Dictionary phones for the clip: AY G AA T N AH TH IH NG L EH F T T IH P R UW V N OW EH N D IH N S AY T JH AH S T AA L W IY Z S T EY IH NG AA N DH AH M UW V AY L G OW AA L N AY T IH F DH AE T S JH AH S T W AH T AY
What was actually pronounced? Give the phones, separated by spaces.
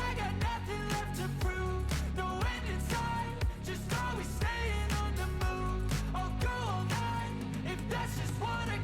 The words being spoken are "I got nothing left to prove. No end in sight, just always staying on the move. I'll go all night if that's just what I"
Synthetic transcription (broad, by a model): AY G AA T N AH TH IH NG L EH F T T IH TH R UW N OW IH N IH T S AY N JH AH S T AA W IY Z S T EY IH NG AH N DH AH M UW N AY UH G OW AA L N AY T IH F DH AE T S JH AH S T W AH T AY